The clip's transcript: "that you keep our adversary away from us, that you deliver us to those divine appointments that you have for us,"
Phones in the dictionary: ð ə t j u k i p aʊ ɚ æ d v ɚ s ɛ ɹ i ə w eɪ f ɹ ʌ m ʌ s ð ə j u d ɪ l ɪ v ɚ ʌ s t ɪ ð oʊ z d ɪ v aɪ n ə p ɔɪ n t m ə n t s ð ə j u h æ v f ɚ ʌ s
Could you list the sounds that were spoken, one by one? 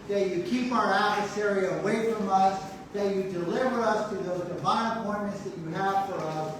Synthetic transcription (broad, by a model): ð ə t j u k i p aʊ ɚ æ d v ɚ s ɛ ɹ i ə w eɪ f ɹ ʌ m ʌ s ð ə j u d ɪ l ɪ v ɚ ʌ s t ɪ ð oʊ z d ɪ v aɪ n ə p ɔɪ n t m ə n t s ð ə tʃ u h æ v f ɚ ʌ s